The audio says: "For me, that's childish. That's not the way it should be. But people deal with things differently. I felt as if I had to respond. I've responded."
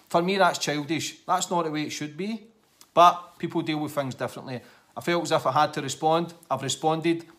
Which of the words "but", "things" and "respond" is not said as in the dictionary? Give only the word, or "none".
none